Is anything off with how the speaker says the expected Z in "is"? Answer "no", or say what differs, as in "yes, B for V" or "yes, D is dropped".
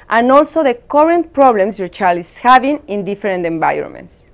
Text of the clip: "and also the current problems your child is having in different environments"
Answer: yes, S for Z